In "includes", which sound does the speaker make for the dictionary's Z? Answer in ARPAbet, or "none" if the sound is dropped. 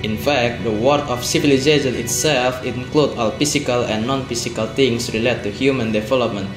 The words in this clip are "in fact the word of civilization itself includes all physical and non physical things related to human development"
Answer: none